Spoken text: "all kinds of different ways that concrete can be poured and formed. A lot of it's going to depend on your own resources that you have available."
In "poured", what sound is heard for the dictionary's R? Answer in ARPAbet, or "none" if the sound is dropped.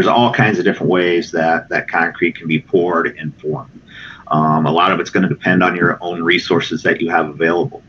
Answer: R